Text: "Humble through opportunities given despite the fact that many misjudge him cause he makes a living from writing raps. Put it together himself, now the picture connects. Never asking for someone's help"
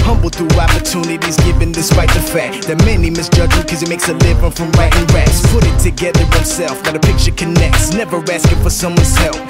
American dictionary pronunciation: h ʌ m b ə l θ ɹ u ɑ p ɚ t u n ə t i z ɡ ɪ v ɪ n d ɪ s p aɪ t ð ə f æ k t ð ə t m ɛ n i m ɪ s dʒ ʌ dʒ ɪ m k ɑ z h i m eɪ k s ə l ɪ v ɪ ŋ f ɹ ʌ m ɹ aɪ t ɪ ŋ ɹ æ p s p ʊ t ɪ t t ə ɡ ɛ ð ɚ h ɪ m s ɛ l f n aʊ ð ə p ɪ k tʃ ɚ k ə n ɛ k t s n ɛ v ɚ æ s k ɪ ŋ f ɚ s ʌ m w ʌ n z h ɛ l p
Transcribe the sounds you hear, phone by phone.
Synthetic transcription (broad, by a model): h ʌ m b l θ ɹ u ɑ p ɚ t u n ə t i z ɡ ɪ v ɪ n d ɪ s p aɪ t ð ə f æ k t ð ə t m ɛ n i m ɪ s dʒ ʌ dʒ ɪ k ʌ z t m eɪ k s ə l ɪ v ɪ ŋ f ɹ ʌ m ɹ aɪ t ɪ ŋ ɹ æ s p ʊ t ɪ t t ə ɡ ɛ ð ɚ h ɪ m s ɛ l f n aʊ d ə p ɪ k tʃ ɚ k ə n ɛ k t s n ɛ v ɚ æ s k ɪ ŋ f ɚ s ʌ m w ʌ n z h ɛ l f